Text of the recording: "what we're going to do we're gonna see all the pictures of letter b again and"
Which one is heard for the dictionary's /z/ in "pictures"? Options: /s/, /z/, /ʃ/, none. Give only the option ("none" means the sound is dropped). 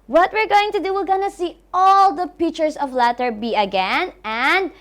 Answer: /s/